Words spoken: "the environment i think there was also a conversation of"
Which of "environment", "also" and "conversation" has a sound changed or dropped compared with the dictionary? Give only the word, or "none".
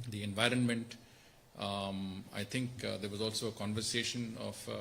none